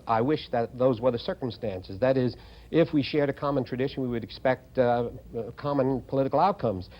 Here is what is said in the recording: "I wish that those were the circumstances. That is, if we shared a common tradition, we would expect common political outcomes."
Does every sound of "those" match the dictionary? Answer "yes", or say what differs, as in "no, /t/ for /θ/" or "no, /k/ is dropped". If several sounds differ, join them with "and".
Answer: yes